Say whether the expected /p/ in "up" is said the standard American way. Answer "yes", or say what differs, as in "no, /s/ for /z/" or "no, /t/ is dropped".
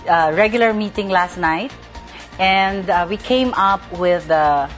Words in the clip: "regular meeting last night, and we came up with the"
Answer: yes